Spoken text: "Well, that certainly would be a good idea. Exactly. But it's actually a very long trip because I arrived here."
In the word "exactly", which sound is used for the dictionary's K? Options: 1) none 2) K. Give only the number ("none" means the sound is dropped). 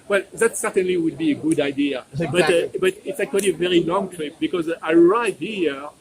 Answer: 1